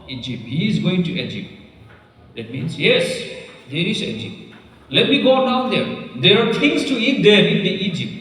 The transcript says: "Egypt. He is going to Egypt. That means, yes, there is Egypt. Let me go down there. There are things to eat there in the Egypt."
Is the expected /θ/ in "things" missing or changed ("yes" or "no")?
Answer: yes